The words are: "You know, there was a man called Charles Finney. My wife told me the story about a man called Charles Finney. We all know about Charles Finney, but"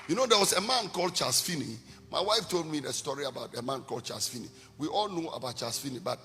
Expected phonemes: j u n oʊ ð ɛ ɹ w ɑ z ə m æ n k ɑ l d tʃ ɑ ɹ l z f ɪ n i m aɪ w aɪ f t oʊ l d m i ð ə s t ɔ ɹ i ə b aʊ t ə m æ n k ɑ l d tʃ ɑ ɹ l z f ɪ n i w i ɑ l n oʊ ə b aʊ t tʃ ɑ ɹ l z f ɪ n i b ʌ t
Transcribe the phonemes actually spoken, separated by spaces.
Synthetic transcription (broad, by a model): j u n oʊ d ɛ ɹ w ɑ s ə m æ n k ɑ l d tʃ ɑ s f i n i m aɪ w aɪ f t oʊ l d m i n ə s t ɔ ɹ i ə b aʊ t ə m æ n k ɑ l d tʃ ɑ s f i n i w i ɑ l n oʊ ə b aʊ t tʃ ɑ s f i n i b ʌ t